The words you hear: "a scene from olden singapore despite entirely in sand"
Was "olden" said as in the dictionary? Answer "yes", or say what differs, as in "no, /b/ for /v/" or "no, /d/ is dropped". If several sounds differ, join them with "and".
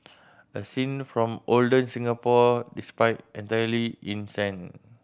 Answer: yes